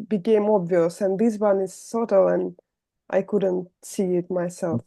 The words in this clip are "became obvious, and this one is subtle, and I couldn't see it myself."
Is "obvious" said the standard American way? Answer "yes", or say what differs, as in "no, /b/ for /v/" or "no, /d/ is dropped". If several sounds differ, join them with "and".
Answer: yes